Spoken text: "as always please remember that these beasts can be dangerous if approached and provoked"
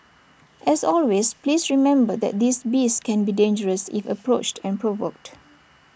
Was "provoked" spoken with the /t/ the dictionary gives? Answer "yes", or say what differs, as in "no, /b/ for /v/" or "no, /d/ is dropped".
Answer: yes